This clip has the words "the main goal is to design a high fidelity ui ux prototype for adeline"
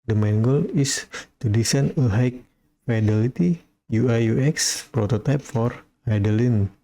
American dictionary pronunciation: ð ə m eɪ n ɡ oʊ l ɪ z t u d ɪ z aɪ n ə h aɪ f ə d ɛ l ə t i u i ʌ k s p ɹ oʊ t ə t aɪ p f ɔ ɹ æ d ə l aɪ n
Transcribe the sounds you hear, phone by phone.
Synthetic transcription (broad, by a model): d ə m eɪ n ɡ oʊ l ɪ s t u d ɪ s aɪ n ə h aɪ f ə d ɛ l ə t i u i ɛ k s p ɹ oʊ t ə t aɪ p f ɔ ɹ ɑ d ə l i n